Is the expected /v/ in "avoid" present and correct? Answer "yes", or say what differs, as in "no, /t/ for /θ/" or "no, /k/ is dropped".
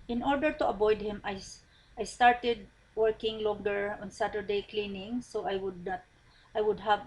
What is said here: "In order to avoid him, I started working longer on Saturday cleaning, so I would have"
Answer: no, /b/ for /v/